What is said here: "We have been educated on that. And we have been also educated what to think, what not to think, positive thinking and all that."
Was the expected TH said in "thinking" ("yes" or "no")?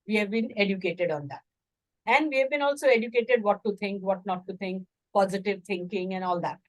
no